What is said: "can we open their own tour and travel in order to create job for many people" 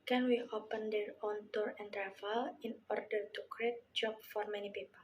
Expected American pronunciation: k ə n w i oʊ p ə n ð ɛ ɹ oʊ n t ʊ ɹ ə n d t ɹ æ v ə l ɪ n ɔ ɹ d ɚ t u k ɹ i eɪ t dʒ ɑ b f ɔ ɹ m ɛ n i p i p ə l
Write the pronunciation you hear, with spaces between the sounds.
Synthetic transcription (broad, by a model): k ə n w i oʊ p ə n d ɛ ɹ oʊ n t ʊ ɹ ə n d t ɹ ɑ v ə l ɪ n ɔ ɹ d ɚ t u k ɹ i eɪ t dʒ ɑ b f ɔ ɹ m ɛ n i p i p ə l